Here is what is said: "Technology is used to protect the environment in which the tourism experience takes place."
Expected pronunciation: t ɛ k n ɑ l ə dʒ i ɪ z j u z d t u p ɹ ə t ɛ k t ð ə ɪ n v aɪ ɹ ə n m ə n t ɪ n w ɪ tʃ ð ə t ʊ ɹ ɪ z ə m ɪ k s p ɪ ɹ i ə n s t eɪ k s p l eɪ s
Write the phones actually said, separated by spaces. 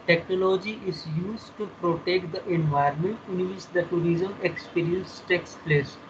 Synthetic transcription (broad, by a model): t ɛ k n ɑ l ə dʒ i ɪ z j u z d t u p ɹ ə t ɛ k t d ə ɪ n v aɪ ə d m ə n t ɪ n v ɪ tʃ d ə t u ɹ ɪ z ə m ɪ k s p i ɹ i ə n s t eɪ k s p l eɪ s